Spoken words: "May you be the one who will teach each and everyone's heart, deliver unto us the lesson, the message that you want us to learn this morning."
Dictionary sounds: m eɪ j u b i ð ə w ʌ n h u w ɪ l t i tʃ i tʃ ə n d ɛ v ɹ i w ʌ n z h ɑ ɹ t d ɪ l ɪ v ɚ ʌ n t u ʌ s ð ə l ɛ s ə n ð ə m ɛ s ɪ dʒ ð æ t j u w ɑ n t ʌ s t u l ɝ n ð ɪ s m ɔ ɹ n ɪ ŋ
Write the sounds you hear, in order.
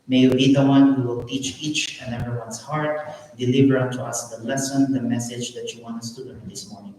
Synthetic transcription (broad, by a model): m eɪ j u b i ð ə w ʌ n h u w ɪ l t i tʃ i tʃ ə n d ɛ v ɹ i w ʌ n s h ɑ ɹ t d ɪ l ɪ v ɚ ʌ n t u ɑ s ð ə l ɛ s ə n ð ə m ɛ s ɪ dʒ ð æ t j u w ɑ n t ʌ s t u l ɝ n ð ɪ s m ɔ ɹ n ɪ ŋ